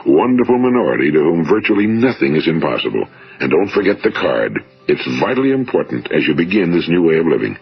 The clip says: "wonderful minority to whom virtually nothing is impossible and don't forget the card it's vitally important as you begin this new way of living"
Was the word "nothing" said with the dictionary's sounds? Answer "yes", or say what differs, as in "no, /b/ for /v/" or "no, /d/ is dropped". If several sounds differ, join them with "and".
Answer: yes